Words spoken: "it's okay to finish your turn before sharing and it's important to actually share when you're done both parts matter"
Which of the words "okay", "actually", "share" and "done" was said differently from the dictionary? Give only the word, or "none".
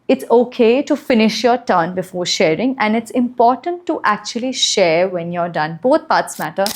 none